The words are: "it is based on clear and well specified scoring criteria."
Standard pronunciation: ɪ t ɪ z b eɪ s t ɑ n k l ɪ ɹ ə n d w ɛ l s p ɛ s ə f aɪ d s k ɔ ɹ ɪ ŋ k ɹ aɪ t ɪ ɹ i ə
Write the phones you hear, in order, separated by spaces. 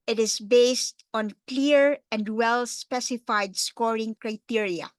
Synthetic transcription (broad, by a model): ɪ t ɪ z b eɪ s t ɑ n k l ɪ ɹ ə n d w ɛ l s p ɛ s ə f aɪ d s k ɔ ɹ ɪ ŋ k ɹ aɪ t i ɹ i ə